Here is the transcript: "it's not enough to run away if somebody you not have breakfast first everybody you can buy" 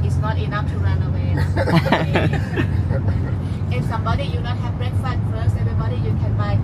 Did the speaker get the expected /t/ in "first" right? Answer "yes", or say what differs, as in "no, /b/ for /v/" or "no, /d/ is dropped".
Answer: no, /t/ is dropped